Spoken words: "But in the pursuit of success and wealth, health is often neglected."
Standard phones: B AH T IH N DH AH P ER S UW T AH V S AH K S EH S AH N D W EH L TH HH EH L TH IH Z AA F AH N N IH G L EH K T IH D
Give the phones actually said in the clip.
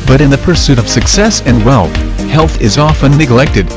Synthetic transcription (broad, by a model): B AH T IH N DH AH P ER S UW T AH V S AH K S EH S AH N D W EH L TH HH EH L TH IH Z AA F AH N N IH G L EH K T IH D